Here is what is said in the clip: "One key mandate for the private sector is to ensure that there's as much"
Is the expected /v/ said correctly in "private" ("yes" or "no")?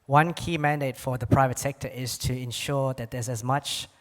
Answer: yes